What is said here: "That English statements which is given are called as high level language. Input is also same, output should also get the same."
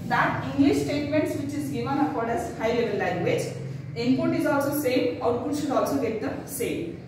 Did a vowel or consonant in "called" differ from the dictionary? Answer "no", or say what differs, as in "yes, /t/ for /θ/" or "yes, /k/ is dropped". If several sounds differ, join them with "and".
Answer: yes, /l/ is dropped